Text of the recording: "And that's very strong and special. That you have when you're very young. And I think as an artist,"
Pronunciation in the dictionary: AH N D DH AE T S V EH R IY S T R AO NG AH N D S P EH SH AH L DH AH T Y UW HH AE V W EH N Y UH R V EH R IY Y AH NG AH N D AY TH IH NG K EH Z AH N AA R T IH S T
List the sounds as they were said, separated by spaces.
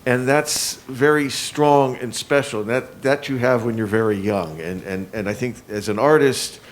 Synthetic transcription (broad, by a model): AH N DH AE T S V EH R IY S T R AO NG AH N S P EH SH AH N DH AH T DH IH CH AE V W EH N Y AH R V EH R IY Y AH NG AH N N AY TH IH NG K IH Z AH N AA R T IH S T